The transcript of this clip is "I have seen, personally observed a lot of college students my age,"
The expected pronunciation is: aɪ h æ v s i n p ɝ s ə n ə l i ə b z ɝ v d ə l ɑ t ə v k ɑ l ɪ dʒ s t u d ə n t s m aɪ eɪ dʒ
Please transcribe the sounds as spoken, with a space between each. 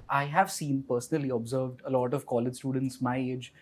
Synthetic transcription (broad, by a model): aɪ h æ v s i n p ɝ s ə n ə l i ə b z ɝ v d ə l ɑ t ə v k ɑ l ɪ dʒ s t u d ə n t s m aɪ eɪ dʒ